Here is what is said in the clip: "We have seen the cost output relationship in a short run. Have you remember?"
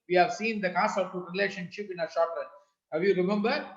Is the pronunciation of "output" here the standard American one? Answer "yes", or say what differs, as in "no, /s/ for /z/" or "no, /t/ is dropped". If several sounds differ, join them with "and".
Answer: no, /p/ is dropped